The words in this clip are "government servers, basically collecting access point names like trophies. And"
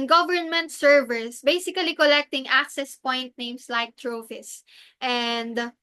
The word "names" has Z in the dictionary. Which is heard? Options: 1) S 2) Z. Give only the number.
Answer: 1